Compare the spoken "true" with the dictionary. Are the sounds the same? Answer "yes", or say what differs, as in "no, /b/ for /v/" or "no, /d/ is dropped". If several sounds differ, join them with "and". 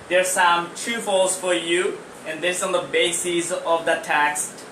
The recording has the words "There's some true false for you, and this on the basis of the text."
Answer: no, /ɹ/ is dropped